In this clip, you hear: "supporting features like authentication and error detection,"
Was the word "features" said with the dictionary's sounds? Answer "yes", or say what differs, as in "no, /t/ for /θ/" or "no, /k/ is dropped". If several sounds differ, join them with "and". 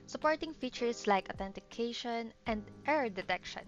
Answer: no, /s/ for /z/